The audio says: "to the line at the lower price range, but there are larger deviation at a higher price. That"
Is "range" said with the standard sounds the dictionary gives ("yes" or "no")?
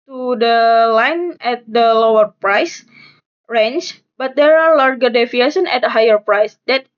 no